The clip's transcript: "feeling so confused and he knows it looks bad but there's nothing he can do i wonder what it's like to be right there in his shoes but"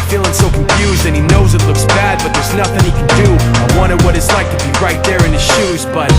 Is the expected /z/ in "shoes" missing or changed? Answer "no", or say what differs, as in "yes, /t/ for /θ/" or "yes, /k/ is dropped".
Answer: no